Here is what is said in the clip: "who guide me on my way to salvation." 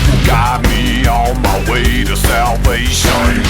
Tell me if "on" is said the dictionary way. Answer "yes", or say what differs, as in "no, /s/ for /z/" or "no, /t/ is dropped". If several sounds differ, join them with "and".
no, /l/ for /n/